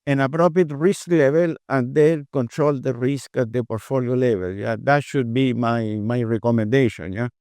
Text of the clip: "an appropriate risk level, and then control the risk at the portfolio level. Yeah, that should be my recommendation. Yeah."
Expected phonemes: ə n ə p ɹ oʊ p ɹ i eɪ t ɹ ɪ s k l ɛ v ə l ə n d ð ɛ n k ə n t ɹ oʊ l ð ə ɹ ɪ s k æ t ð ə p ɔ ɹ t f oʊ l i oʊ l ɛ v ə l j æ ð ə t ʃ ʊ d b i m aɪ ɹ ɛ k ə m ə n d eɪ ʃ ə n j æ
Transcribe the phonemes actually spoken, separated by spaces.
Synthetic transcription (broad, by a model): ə n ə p ɹ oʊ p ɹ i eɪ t ɹ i s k l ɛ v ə l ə n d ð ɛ l k ə n t ɹ oʊ l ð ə ɹ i s k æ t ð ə p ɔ ɹ t f oʊ l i oʊ l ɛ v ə l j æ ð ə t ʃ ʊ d b i m aɪ ɹ ɛ k ə m ə n d eɪ ʃ ə n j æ